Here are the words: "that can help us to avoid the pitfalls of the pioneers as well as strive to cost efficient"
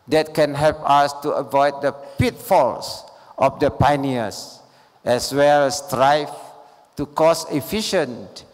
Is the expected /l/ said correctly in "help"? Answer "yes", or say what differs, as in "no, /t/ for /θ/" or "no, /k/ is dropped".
yes